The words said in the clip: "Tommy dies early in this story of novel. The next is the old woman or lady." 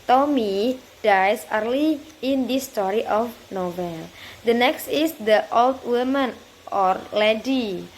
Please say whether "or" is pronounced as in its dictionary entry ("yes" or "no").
yes